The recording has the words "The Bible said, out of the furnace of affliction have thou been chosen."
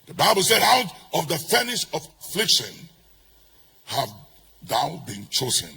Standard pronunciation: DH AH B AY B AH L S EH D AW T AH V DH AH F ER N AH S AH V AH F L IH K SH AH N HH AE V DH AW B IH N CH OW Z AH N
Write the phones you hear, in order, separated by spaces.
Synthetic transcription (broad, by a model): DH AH B AY B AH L S EH D AW T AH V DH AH F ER N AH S AH V AH F L IH K SH AH N HH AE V DH AW B IH N CH OW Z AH N